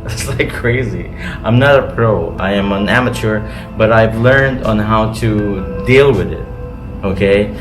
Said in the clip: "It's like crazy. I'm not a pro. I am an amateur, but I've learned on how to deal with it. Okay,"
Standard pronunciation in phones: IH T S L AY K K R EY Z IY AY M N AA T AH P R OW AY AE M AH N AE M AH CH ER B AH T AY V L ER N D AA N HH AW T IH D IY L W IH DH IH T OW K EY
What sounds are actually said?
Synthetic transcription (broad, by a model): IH T S L AY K K R EY Z IY AY M N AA T AH P R OW AY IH M AH N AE M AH CH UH B AH T AY V L ER N D N HH AW T IH D IY L W IH DH IH T OW K EY